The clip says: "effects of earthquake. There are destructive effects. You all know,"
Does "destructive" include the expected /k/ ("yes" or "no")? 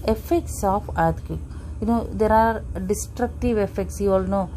yes